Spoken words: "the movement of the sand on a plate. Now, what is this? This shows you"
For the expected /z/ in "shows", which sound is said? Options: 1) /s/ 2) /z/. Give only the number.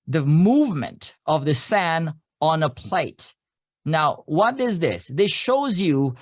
2